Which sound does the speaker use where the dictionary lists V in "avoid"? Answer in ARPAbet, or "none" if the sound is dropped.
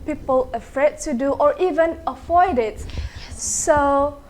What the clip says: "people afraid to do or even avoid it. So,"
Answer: F